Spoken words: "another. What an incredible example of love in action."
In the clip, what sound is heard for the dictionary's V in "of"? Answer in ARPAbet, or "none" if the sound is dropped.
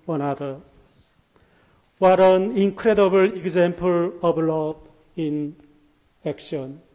B